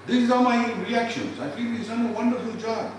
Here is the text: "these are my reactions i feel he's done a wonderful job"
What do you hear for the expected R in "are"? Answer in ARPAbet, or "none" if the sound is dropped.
L